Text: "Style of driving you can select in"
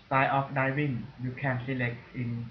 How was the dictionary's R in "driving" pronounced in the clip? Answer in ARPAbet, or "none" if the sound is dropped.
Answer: none